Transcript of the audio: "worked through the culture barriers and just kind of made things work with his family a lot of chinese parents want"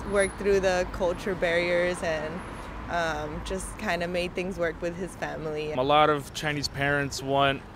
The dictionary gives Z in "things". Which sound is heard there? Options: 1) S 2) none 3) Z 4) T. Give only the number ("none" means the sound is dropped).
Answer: 3